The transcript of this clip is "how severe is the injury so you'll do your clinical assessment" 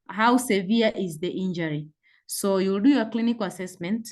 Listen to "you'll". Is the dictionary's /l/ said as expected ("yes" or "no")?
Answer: yes